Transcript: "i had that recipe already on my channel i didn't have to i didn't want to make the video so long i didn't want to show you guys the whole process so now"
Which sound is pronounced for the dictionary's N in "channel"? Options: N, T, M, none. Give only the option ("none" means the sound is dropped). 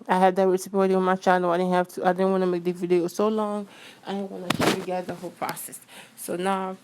none